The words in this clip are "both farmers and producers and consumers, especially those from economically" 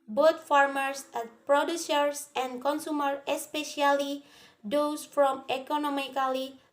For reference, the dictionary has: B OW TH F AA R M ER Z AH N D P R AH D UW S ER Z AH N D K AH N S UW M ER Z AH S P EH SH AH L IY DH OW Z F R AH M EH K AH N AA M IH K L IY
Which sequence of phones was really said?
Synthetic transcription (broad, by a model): B OW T F AA R M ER S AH P R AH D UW S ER S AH N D K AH N S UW M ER AH S P EH SH AH L IY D OW S F R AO M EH K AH N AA M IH K L IY